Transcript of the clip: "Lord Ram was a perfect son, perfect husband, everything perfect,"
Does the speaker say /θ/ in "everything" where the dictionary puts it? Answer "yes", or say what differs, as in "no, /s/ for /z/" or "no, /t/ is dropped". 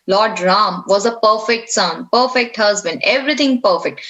no, /t/ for /θ/